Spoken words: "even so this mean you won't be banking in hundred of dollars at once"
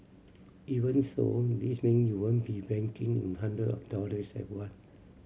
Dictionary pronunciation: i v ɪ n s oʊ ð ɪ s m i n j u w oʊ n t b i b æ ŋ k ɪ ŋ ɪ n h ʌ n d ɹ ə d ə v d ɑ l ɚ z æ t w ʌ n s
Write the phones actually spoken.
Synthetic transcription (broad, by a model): i v ɪ n s oʊ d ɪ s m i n j u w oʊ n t b i b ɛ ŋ k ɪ ŋ ɪ n h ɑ n d ɹ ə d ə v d ɑ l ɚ s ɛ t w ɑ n